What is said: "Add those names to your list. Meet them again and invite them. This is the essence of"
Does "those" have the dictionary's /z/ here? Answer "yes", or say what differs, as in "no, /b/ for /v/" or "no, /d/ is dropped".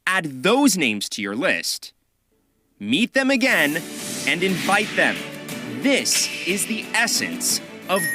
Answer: yes